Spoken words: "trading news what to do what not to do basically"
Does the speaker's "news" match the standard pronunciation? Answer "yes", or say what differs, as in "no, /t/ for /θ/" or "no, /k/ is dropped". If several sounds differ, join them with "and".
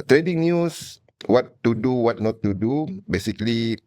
no, /s/ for /z/